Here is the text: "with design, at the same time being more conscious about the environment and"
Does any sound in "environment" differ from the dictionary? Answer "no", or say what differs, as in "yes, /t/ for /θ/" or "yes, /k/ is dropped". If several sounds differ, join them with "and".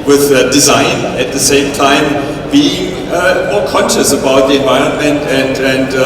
no